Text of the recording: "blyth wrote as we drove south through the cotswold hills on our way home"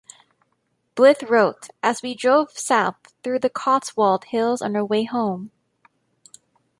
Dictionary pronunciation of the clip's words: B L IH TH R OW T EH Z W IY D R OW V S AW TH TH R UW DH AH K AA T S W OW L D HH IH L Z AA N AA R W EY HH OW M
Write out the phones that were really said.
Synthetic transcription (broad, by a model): B L IH TH R OW T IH Z W IY D R OW V S AW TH TH R UW DH AH K AA T S W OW L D HH IH L Z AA N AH R W EY HH OW M